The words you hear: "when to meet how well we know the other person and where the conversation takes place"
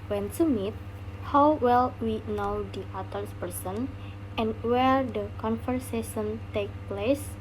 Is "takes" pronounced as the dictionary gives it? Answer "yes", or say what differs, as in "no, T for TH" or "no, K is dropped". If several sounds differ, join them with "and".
no, S is dropped